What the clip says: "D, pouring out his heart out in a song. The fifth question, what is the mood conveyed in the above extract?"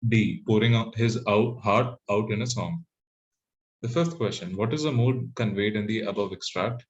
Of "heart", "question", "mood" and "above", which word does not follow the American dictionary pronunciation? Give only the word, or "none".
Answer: none